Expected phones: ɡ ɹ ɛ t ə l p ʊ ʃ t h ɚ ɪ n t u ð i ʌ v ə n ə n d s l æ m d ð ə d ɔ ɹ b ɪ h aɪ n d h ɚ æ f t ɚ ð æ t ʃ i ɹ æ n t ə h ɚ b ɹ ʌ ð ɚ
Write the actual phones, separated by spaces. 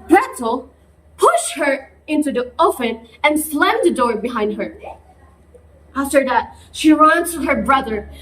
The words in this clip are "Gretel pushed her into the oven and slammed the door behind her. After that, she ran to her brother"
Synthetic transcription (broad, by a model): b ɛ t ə l p ʊ ʃ t h ɚ ɪ n t u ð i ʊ f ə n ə n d s l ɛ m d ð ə d ɔ ɹ b ɪ h aɪ n d h ɚ æ f t ɚ ð æ t ʃ i ɹ æ n t ə h ɚ b ɹ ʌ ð ɚ